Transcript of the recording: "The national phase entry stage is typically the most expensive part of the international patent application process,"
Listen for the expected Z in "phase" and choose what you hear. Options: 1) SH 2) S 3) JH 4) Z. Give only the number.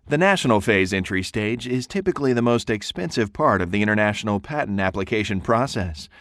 4